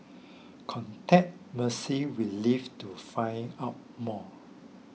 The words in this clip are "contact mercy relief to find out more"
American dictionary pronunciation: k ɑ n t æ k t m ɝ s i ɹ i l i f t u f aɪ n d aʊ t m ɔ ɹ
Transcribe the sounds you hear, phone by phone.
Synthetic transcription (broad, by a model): k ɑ n t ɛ t m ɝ s i w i l i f t u f aɪ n aʊ t m ɔ